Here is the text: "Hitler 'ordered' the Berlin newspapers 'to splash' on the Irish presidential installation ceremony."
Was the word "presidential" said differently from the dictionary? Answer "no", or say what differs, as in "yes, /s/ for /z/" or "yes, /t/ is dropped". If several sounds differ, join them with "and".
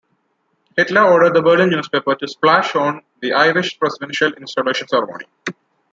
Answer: yes, /s/ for /z/